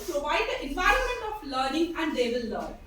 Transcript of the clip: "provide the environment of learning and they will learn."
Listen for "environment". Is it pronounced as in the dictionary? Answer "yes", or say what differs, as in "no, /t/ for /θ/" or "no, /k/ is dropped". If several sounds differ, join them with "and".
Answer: yes